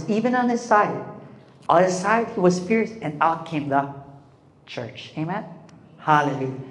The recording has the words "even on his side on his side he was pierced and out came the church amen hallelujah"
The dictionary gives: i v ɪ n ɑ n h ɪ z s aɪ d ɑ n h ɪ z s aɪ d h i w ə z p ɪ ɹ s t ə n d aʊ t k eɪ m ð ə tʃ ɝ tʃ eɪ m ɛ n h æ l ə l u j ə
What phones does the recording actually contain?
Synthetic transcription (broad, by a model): i v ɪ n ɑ n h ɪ s aɪ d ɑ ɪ s aɪ d h i w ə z f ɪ ɹ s ə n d aʊ t k eɪ m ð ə tʃ ɝ tʃ eɪ m ɛ n h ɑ l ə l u